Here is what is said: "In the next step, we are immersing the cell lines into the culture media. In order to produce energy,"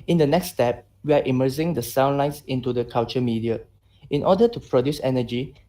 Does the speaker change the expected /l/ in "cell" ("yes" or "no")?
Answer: yes